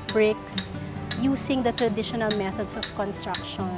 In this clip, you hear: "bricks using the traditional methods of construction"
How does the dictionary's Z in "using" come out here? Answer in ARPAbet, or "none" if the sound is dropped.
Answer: S